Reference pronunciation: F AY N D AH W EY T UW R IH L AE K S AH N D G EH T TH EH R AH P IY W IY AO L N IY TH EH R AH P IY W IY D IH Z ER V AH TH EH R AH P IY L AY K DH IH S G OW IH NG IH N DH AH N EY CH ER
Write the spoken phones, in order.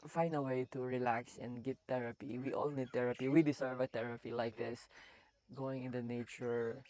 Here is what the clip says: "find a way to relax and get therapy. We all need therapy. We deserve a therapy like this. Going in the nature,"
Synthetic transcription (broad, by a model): F AY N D AH W EY T UW R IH L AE K S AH N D G EH T EH R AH P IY W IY AO L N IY T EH R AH P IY W IY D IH S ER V AH T EH R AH P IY L AY K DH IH S G OW IH NG IH N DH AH N EY CH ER